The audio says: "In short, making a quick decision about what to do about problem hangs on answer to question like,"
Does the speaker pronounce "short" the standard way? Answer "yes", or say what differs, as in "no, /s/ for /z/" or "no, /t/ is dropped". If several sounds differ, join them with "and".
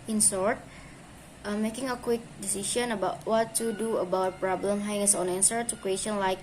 no, /s/ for /ʃ/